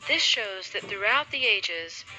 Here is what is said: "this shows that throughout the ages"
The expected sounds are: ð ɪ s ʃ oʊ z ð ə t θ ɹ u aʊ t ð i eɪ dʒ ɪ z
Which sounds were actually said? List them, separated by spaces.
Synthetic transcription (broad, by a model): ð ɪ s ʃ oʊ z ð ə t θ ɹ u aʊ t ð i eɪ dʒ ɪ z